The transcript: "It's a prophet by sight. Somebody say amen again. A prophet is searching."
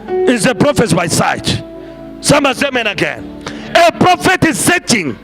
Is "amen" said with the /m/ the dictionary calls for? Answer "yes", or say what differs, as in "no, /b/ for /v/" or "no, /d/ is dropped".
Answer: yes